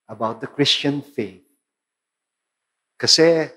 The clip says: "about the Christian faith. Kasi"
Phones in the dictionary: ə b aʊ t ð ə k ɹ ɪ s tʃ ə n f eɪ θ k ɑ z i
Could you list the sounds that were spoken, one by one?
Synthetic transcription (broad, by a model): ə b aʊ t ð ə k ɹ ɪ s tʃ ə n f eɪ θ k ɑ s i